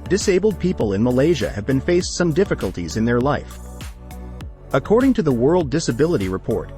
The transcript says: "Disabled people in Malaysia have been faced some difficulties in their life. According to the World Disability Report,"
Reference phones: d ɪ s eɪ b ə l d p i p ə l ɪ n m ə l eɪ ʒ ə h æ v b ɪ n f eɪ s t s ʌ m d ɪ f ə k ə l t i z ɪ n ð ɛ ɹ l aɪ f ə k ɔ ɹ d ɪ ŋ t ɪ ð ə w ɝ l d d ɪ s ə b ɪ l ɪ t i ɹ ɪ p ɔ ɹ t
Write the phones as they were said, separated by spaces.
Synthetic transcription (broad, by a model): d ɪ s eɪ b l d p i p ə l ɪ n m ə l eɪ ʒ ə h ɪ v b ɪ n f eɪ s t s ʌ m d ɪ f ə k ə l t i z ɪ n ð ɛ ɹ l aɪ f ə k ɔ ɹ d ɪ ŋ t ɪ ð ə w ɝ l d d ɪ s ə b ɪ l ɪ t i ɹ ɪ p ɔ ɹ t